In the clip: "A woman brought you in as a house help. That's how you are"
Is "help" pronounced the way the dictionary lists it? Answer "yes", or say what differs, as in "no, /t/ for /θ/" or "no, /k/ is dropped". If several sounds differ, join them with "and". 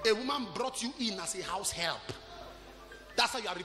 yes